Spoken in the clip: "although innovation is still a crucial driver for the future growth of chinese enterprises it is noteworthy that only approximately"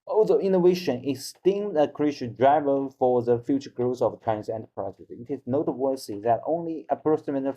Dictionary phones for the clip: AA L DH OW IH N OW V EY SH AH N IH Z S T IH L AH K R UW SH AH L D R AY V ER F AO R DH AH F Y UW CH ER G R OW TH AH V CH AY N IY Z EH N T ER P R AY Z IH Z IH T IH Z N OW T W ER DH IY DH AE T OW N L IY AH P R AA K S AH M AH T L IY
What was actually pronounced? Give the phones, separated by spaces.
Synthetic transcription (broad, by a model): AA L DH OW IH N OW V EY SH AH N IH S T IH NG AH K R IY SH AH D R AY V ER F AO R DH AH F Y UW CH ER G R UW S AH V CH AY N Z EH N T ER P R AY S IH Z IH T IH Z N OW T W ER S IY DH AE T OW N L IY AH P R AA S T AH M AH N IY